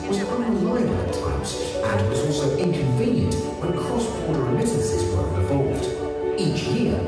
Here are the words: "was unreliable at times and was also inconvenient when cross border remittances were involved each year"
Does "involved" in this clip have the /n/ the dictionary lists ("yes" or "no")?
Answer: no